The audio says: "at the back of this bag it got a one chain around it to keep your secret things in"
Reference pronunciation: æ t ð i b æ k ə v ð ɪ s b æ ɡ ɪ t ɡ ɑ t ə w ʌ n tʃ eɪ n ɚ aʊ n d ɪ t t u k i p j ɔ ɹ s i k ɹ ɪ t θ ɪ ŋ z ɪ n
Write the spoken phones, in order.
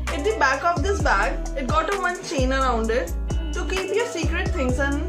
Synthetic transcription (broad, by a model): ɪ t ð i b æ k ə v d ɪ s b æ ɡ ɪ t ɡ ɑ t ə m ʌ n tʃ eɪ n ɚ aʊ n d ɪ t t u k i p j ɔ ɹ s i k ɹ ɪ t t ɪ ŋ s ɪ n